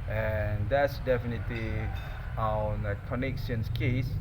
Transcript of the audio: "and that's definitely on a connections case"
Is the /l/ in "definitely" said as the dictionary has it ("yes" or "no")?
yes